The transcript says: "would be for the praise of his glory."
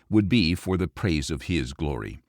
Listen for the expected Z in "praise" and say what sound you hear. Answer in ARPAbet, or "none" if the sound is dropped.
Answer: Z